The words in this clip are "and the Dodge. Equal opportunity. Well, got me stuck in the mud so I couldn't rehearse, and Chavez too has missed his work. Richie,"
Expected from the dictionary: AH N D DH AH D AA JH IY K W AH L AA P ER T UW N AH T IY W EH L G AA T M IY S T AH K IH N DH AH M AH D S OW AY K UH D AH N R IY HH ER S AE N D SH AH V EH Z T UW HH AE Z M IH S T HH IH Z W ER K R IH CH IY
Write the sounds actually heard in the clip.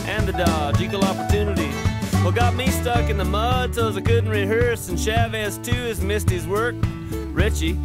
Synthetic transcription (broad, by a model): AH N DH AH D AA JH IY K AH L AA P ER T UW N AH T IY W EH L G AA T M IY S T AH K IH N DH AH M AH D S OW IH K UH D N R IY HH ER S N SH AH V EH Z T UW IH Z M IH S T HH IH Z W ER K R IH CH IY